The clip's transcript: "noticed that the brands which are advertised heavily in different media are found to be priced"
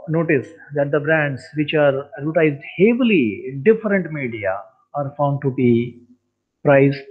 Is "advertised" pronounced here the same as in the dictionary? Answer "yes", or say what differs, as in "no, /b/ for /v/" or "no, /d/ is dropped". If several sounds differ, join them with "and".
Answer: no, /v/ is dropped